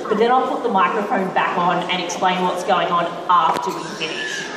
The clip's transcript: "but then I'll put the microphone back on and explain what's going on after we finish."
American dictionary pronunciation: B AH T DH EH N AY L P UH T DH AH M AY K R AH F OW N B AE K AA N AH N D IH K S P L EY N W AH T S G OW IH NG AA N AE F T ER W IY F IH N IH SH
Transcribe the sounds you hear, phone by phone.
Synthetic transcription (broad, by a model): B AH T DH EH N AY L P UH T DH AH M AY K R AH F OW N B AE K N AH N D IH K S P L EY N W AH T S G OW IH NG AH N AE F T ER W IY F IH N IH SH